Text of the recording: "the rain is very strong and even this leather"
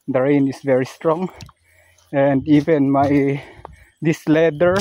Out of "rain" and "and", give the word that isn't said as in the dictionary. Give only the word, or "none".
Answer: none